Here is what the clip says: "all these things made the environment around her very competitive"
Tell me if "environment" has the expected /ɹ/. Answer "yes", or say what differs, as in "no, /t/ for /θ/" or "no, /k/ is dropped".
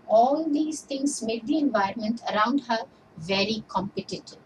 yes